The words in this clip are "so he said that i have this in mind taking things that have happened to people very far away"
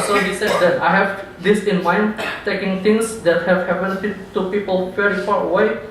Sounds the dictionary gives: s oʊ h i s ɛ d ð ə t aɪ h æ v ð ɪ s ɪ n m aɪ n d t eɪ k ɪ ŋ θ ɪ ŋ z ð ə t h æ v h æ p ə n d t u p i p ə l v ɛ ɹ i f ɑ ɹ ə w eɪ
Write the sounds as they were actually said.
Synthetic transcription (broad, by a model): s oʊ h i s ɛ d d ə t aɪ h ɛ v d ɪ s ɪ n m aɪ n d t eɪ k ɪ ŋ t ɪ ŋ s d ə t h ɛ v h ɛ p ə n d t u p i p ə l f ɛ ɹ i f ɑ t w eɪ